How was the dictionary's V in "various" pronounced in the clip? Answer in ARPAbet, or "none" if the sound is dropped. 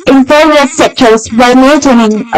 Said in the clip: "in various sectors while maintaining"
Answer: P